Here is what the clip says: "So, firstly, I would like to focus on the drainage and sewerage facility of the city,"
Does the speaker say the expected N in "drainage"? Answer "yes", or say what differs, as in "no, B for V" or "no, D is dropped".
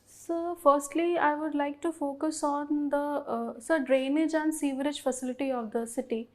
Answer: yes